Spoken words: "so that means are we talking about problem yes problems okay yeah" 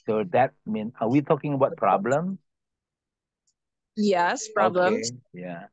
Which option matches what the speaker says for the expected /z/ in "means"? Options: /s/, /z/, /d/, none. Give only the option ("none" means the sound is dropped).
none